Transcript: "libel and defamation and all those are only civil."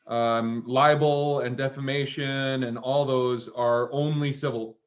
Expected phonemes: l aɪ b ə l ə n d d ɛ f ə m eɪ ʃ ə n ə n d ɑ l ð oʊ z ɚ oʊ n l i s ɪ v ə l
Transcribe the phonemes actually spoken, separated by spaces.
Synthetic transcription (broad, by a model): l aɪ b l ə n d d ɛ f ə m eɪ ʃ ə n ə n ɑ l ð oʊ z ɚ oʊ n l i s ɪ v l